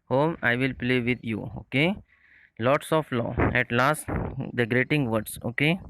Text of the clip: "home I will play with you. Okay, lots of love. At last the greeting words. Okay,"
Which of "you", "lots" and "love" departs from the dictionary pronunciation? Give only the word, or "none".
love